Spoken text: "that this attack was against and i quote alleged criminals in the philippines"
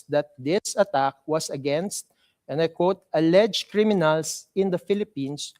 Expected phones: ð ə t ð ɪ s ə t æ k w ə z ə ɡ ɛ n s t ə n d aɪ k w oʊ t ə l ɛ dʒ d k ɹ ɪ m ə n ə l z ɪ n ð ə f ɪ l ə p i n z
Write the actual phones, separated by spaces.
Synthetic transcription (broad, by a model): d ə t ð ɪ s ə t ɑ k w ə s ə ɡ ɛ n s t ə n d aɪ k w oʊ t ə l ɛ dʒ k ɹ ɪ m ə n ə l s ɪ n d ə f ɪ l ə p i n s